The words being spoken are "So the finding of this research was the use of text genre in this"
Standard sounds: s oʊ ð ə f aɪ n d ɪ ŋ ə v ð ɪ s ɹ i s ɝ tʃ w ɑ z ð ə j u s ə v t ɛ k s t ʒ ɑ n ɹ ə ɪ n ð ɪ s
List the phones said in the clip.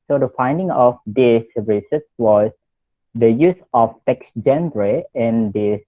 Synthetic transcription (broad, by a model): s oʊ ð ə f aɪ n d ɪ ŋ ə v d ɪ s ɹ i s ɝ s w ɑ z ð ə j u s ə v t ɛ k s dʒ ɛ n ɹ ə ɪ n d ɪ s